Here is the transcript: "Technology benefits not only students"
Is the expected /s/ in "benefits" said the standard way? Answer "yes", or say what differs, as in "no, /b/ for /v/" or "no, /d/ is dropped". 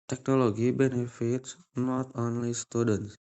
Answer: yes